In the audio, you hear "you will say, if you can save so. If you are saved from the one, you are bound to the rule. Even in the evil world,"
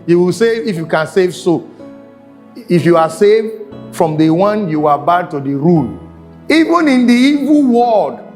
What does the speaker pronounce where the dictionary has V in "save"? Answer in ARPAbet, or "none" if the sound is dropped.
V